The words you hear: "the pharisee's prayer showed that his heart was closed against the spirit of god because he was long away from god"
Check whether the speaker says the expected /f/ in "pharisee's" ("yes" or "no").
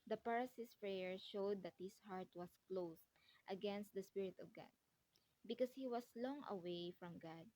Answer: no